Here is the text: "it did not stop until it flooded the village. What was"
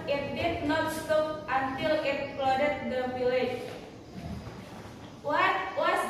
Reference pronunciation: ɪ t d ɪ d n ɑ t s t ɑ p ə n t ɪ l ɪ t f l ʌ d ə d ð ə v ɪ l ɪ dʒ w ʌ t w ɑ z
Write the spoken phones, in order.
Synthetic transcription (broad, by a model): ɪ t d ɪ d n ɑ t s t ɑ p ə n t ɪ l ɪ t p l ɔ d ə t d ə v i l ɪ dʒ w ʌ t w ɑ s